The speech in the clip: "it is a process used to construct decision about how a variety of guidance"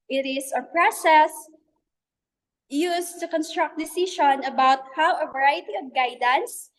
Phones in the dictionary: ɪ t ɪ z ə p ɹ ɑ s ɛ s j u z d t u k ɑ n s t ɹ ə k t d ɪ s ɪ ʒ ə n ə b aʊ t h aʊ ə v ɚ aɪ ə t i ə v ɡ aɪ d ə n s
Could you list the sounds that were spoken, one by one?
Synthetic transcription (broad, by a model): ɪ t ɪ s ə p ɹ ɑ s ɛ s j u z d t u k ɑ n s t ɹ ə k t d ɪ s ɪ ʃ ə n ə b aʊ t h aʊ ə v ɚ aɪ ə t i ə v ɡ aɪ d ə n s